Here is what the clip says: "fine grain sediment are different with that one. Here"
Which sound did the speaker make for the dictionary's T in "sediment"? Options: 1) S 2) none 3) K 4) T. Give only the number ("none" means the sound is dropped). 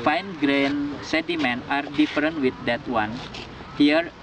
2